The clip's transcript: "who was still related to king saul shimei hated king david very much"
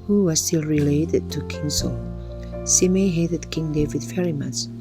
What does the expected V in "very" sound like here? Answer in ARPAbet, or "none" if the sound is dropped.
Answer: F